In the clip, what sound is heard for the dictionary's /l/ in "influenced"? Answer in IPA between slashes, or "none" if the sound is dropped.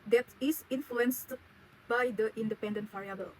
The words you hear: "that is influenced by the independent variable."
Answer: /l/